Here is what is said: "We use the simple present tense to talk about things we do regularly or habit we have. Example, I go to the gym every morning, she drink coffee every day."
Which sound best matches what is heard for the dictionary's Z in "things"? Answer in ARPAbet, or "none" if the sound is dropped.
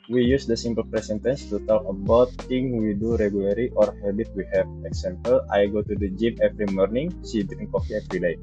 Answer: none